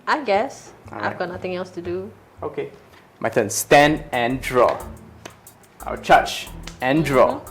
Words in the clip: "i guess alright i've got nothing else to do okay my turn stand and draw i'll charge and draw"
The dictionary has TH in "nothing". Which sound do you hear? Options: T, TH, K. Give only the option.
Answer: T